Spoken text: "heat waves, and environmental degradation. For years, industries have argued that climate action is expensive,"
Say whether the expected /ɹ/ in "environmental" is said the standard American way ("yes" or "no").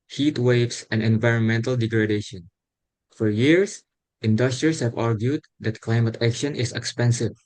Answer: yes